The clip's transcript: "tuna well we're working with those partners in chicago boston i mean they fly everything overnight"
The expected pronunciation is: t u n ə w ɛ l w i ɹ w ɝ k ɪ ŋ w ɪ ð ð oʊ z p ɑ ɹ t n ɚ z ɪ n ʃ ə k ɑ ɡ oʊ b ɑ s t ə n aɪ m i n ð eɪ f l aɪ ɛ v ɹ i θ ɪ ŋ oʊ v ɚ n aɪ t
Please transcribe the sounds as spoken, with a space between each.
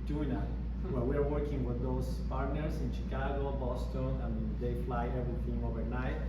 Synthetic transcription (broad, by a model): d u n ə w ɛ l w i ɹ w ɝ k ɪ ŋ w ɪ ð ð oʊ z p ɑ ɹ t n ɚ s ɪ n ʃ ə k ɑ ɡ oʊ b ɑ s t ə n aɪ m i n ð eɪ f l aɪ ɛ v ɹ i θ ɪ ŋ oʊ v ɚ n aɪ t